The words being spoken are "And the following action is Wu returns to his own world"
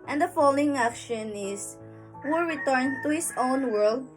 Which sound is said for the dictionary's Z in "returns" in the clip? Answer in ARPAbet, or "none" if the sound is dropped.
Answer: none